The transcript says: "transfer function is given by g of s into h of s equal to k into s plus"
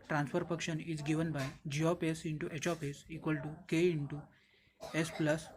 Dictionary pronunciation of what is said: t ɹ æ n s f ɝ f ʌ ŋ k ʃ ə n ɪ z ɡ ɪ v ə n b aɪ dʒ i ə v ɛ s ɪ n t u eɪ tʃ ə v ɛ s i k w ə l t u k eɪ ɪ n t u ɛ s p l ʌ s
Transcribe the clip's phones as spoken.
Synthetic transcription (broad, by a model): t ɹ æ n s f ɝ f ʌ k ʃ ə n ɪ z ɡ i v ə n b aɪ dʒ i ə p ɛ s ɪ n t u eɪ tʃ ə p ɛ s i k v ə l t u k eɪ ɪ n t u ɛ s p l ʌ s